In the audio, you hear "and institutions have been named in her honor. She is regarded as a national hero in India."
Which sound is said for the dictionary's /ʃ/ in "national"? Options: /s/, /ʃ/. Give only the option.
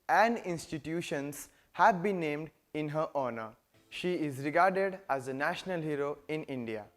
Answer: /ʃ/